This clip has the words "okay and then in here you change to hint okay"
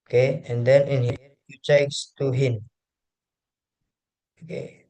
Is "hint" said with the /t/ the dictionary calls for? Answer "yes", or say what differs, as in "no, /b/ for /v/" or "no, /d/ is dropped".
no, /t/ is dropped